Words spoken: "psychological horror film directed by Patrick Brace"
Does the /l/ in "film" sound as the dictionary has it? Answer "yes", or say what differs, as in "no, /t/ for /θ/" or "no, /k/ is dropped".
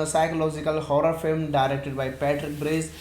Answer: yes